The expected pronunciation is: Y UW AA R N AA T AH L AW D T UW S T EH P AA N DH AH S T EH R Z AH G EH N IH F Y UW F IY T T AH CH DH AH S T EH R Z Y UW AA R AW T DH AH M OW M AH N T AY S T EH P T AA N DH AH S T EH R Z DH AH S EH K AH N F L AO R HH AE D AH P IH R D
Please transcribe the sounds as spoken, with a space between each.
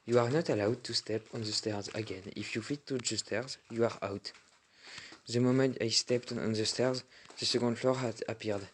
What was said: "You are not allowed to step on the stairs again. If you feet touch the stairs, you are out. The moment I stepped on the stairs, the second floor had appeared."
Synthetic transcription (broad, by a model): Y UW AA R N AA T AH L AW D T UW S T EH P AA N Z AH S T EH R Z AH G EH N IH F Y UW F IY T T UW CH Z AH S T EH R Z Y UW AA R AW T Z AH M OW M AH T AY S T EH P T AA N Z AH S T EH R Z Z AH S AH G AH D F L AO R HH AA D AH P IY R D